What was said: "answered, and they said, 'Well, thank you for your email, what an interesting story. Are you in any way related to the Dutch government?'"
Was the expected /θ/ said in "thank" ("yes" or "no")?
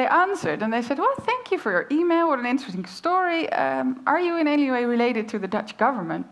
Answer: yes